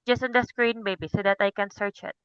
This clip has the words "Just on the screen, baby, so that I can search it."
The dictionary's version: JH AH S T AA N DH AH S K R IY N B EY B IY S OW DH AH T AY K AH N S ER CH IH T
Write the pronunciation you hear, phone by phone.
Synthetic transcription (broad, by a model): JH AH S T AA N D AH S K R IY N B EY B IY S OW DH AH T AY K AH N S ER CH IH T